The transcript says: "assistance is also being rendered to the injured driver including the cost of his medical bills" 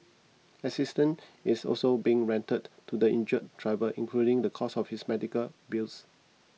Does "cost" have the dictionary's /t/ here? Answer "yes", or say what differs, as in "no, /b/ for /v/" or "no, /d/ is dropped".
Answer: no, /t/ is dropped